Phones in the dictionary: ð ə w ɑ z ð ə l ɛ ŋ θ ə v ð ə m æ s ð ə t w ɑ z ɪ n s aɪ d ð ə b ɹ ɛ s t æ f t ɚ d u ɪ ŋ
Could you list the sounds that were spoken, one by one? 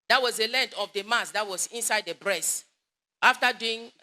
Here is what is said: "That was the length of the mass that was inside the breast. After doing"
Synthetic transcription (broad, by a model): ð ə w ɑ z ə l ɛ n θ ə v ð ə m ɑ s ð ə t w ɑ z ɪ n s aɪ d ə b ɹ ɛ s t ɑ f t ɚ d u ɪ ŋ